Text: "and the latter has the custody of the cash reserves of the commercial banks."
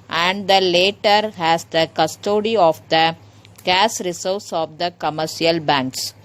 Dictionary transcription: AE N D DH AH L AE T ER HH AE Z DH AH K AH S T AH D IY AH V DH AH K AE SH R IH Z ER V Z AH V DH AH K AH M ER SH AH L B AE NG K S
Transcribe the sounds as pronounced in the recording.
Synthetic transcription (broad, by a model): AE N D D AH L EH T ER HH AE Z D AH K AH S T AH D IY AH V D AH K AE S R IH S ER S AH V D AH K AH M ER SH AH L B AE NG K S